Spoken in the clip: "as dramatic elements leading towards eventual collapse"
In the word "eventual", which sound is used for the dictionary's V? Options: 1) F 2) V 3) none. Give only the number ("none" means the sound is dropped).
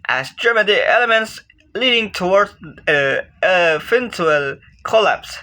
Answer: 1